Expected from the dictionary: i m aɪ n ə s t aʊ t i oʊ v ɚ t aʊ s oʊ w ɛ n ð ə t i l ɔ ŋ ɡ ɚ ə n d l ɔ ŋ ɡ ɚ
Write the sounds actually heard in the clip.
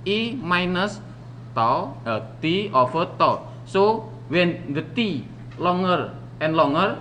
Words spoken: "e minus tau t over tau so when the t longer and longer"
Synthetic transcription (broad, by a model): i m aɪ n ə s t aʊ t i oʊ f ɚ t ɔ s oʊ w ɛ n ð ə t i l ɔ ŋ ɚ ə n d l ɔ ŋ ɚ